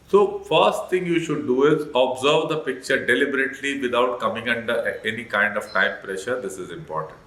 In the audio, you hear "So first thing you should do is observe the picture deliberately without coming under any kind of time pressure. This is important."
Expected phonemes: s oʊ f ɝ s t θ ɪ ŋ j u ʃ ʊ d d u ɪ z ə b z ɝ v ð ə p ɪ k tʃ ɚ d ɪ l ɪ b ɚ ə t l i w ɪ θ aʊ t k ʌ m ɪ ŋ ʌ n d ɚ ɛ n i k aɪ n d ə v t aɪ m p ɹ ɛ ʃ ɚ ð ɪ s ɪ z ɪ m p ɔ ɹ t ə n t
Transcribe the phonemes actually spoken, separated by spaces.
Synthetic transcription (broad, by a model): s oʊ f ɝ s t t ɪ ŋ j u ʃ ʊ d d u ɪ z ə b z ɝ v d ə p ɪ k tʃ ɚ d ɪ l ɪ b ɚ ə t l i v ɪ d aʊ t k ʌ m ɪ ŋ ʌ n d ɚ ɛ n i k aɪ n d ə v t aɪ m p ɹ ɛ ʃ ɚ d ɪ s ɪ z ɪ m p ɔ ɹ t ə n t